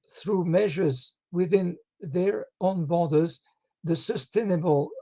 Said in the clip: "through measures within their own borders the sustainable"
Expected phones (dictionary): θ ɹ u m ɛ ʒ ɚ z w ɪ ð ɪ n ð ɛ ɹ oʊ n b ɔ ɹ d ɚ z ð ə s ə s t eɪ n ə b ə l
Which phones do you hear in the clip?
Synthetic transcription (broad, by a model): θ ɹ u m ɛ ʒ ɚ z w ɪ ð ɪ n ð ɛ ɹ oʊ n b ɔ ɹ d ɚ z ð ə s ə s t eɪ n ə b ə l